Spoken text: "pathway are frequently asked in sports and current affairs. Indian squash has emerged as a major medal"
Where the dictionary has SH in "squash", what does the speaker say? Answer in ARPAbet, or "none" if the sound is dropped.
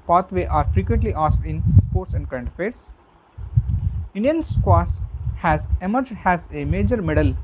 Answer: S